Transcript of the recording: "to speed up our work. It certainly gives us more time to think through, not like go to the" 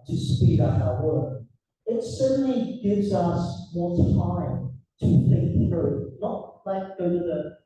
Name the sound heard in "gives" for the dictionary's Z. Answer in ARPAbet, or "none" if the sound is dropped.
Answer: Z